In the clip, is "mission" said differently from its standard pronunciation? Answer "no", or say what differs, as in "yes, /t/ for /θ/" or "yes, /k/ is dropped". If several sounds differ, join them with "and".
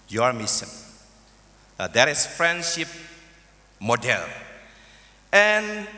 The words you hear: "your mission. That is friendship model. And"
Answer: yes, /s/ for /ʃ/